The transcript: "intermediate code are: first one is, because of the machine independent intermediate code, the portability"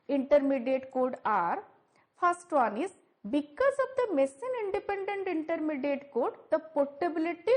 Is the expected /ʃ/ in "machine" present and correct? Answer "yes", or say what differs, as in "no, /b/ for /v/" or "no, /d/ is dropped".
no, /s/ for /ʃ/